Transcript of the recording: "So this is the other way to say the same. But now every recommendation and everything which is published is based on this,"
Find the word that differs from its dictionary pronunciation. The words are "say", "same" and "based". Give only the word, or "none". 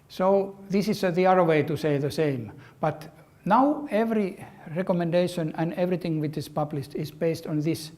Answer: none